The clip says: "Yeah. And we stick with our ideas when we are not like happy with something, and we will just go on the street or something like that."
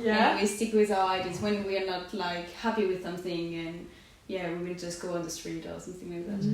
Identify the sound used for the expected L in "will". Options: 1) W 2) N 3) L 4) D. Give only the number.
2